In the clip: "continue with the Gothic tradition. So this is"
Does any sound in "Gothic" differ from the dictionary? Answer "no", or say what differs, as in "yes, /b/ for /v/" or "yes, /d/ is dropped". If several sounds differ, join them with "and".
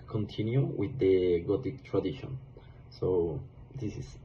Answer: yes, /t/ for /θ/